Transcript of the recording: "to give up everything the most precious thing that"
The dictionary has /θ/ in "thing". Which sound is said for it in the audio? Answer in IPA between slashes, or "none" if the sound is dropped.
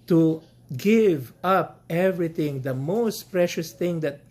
/t/